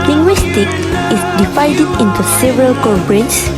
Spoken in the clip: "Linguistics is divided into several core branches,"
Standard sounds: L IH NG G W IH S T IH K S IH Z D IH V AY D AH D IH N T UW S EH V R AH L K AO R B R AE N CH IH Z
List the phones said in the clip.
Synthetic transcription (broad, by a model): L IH NG G W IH S T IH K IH S D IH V AY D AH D IH N T UW S EH V R AH L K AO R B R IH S